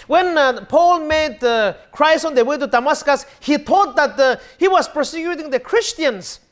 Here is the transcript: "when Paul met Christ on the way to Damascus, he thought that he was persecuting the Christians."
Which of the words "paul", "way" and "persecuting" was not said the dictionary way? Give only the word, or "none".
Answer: none